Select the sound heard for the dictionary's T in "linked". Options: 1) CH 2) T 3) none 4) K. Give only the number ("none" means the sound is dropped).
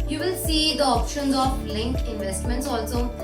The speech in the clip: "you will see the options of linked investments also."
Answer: 3